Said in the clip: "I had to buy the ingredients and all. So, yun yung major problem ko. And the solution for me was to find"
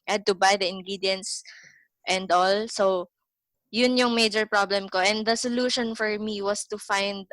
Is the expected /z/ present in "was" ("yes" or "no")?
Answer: no